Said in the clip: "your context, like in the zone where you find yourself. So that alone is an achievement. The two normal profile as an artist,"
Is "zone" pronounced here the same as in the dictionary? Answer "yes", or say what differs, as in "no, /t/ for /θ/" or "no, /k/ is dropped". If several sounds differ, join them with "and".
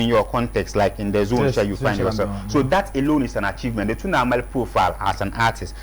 yes